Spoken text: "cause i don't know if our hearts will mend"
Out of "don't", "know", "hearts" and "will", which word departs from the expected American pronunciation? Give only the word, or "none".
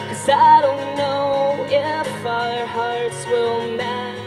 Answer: none